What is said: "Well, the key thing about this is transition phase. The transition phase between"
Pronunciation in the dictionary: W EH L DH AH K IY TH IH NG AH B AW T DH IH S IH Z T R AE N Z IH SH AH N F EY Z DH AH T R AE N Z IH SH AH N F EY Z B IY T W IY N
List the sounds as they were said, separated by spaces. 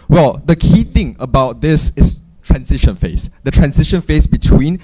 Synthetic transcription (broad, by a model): W EH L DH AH K IY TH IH NG AH B AW T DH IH S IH S T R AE N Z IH SH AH N F EY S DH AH T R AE N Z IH SH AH N F EY S B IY T W IY N